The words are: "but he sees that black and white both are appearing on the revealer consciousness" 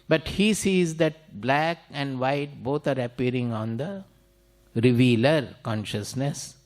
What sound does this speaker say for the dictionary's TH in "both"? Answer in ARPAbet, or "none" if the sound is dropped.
T